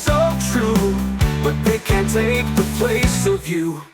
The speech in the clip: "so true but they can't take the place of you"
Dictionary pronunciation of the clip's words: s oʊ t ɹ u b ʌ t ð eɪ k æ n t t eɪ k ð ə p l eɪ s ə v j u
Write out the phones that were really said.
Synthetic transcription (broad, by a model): s oʊ t ɹ u b ʌ t ð eɪ k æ n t t eɪ k ð ə p l eɪ s ə v j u